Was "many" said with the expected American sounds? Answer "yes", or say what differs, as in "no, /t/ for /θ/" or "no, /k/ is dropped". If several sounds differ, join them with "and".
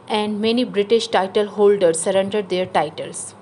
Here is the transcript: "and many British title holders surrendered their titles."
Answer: yes